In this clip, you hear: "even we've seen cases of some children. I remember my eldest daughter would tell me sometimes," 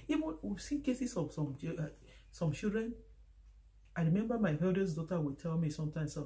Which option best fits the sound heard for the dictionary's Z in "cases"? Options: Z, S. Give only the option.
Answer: S